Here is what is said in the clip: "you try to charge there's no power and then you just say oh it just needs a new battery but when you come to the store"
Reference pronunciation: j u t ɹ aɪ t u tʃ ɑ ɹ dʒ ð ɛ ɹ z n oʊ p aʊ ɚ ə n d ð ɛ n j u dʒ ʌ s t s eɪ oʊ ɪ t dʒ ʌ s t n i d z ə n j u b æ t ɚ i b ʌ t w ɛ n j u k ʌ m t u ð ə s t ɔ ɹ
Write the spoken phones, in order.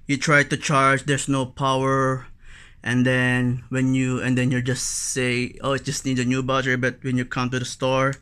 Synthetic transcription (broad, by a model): j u t ɹ aɪ t u tʃ ɑ ɹ dʒ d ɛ ɹ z n oʊ p aʊ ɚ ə n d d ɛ n j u dʒ ʌ s t s eɪ oʊ ɪ t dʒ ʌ s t n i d ə n j u b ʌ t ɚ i b ʌ t w ɛ n j u k ʌ m t u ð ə s t ɔ ɹ